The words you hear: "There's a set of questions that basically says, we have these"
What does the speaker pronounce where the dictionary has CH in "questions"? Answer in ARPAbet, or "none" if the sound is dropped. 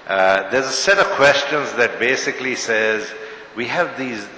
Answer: CH